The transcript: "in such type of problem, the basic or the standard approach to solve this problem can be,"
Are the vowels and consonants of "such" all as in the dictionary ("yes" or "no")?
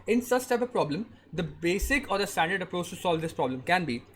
no